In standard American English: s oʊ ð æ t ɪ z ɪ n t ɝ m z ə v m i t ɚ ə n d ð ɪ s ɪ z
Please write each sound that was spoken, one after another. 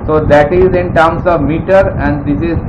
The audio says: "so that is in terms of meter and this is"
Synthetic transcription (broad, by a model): s oʊ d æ t ɪ z ɪ n t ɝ m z ə v m i t ɚ ə n d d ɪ s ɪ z